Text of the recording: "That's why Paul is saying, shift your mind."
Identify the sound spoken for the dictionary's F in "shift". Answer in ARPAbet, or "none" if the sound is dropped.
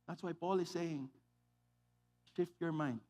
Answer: F